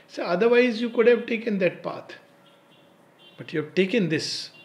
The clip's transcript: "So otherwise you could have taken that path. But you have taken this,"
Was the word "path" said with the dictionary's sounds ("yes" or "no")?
no